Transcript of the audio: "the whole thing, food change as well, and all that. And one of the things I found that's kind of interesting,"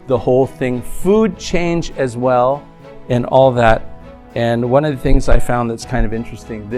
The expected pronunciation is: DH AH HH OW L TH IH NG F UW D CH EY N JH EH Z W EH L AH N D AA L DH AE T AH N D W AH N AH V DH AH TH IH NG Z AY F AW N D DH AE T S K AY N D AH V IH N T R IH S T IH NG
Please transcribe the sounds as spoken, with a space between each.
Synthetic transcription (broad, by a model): DH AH HH OW L TH IH NG F UW D CH EY N JH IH Z W EH L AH N AA L DH AE T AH N W AH N AH V DH AH TH IH NG Z AY F AW N DH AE T S K AY N D AH V IH N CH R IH S T IH NG